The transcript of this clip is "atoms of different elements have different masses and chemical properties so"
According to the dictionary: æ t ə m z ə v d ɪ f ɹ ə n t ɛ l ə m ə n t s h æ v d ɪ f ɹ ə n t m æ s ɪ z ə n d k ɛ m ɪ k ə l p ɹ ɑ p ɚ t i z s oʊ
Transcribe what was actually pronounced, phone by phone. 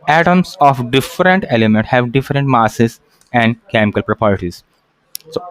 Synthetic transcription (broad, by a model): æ t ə m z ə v d ɪ f ɹ ə n t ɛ l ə m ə n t h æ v d ɪ f ɹ ə n t m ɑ s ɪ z ə n d k ɛ m ɪ k ə l p ɹ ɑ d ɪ t i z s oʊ